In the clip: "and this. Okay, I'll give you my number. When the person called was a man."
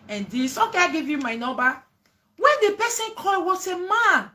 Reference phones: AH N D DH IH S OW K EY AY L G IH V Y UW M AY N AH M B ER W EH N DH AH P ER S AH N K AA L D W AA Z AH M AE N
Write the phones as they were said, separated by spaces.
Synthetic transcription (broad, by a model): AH N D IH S OW K EY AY G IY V Y UW M AY N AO B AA W EH N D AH P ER S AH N K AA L W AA S AH M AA N